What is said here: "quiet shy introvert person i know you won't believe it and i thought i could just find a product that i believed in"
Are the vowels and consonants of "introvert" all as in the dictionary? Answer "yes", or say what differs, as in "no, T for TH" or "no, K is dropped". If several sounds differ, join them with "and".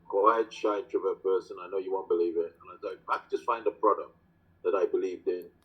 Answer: no, N is dropped